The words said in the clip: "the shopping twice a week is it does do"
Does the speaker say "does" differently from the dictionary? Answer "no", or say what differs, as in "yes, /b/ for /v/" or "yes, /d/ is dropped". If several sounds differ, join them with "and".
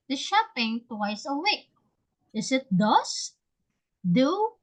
yes, /s/ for /z/